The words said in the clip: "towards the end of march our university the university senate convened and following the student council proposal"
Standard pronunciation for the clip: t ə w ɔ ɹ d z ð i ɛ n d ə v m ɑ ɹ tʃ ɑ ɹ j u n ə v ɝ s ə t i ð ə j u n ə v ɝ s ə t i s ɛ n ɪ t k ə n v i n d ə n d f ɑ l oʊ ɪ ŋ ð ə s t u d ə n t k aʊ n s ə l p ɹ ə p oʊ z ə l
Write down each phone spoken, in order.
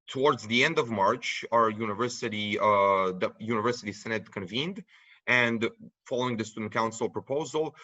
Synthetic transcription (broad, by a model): t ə w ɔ ɹ d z ð i ɛ n d ə v m ɑ ɹ tʃ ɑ ɹ j u n ə v ɝ s ə t i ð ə j u n ə v ɝ s ə t i s ɛ n ɪ t k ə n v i n d ə n d f ɑ l oʊ ɪ ŋ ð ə s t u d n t k aʊ n s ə l p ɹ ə p oʊ z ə l